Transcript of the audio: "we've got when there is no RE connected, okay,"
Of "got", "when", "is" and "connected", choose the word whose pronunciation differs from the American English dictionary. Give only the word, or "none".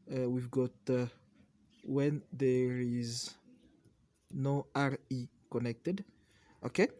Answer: none